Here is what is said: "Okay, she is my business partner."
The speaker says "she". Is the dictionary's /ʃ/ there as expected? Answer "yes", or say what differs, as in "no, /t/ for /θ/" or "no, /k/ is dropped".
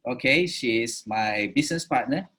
yes